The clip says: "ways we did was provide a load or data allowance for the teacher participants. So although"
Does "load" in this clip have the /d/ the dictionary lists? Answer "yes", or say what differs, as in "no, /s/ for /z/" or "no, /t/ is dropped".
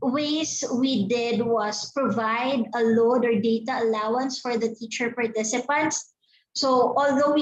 yes